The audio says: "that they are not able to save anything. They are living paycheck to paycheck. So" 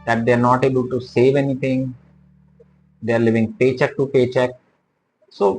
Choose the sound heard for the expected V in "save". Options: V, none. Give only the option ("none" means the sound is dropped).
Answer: V